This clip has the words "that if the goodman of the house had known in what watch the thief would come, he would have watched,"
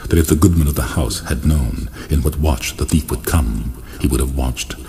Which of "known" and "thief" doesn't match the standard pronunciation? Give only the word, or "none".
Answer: none